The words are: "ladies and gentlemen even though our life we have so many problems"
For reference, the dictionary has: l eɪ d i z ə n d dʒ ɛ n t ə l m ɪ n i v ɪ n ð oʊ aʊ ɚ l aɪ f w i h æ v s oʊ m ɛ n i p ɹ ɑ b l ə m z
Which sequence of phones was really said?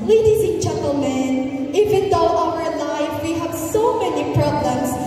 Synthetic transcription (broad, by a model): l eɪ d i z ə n dʒ ɛ n t ə l m ɪ n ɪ w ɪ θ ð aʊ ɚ l aɪ f w i h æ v s oʊ m ɛ n i p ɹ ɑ b l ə m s